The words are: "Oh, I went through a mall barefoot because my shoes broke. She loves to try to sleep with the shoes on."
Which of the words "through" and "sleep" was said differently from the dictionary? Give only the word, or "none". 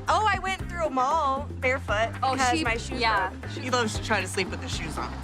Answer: none